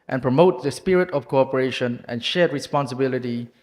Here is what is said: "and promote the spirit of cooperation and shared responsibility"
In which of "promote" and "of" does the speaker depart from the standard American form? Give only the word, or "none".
of